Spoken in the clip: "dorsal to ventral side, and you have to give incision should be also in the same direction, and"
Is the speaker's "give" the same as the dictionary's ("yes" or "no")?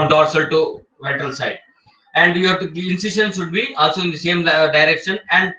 no